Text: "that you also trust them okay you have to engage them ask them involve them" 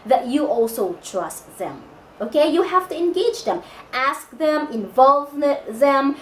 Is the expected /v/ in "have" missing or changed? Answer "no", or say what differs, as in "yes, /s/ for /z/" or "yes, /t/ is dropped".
yes, /f/ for /v/